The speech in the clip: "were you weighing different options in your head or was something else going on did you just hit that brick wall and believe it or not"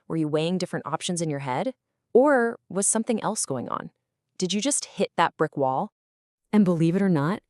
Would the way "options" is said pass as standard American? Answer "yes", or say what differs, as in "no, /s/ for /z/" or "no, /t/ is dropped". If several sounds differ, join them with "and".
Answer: yes